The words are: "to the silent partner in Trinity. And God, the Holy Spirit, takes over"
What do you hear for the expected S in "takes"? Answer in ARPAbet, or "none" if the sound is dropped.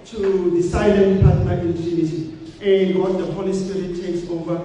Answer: S